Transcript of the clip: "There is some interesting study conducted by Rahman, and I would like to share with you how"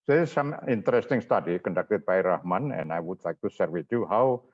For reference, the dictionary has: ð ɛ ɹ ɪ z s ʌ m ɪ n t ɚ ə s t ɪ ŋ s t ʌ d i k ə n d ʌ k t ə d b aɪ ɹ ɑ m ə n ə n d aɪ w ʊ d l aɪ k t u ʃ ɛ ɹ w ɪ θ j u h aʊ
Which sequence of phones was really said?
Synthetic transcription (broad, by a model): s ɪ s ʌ m ɪ n t ɚ ə s t ɪ ŋ s t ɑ d i k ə n d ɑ k t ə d b aɪ ɹ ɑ m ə n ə n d aɪ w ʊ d l aɪ k t u s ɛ ɹ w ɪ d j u h aʊ